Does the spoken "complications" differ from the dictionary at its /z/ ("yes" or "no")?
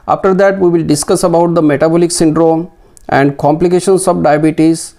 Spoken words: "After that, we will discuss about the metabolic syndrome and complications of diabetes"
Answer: yes